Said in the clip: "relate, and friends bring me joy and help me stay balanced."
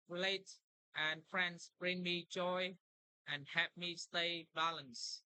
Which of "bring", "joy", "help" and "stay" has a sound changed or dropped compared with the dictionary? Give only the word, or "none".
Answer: help